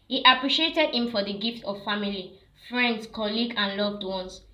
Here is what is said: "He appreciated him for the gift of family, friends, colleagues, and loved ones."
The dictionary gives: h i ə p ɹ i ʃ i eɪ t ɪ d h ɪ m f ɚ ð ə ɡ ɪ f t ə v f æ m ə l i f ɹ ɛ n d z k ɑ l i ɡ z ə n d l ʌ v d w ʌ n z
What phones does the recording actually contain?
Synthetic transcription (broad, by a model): h i ə p ɹ i ʃ i eɪ t ɪ d h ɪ m f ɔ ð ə ɡ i f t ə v f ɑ m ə l i f ɹ ɛ n d s k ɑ l i ɡ ə n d l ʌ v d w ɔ n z